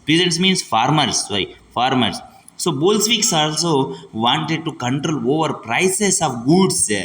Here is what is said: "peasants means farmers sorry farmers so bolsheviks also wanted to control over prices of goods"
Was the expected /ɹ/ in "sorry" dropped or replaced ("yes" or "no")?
yes